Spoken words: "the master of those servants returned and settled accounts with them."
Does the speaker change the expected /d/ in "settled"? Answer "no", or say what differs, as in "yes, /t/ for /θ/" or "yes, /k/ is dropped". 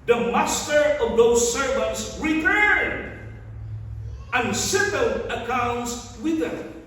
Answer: yes, /d/ is dropped